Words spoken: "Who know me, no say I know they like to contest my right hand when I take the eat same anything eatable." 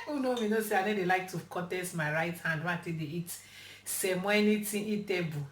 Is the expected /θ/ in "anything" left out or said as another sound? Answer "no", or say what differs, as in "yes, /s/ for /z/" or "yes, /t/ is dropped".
yes, /t/ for /θ/